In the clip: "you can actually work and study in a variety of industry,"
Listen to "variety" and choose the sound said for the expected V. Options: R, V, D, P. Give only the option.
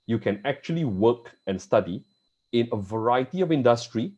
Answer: V